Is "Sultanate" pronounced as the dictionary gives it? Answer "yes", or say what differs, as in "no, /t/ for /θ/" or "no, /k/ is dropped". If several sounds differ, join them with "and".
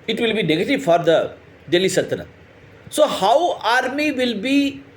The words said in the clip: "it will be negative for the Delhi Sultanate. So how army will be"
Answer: no, /l/ is dropped